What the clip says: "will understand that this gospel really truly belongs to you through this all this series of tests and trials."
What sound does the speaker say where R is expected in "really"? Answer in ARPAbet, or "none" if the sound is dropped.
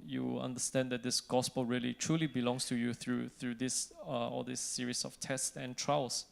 R